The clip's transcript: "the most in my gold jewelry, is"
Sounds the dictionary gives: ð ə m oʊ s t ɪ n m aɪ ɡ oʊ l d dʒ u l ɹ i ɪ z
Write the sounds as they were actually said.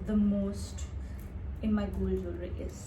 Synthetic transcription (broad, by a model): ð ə m oʊ s t ɪ n m aɪ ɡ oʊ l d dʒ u ɹ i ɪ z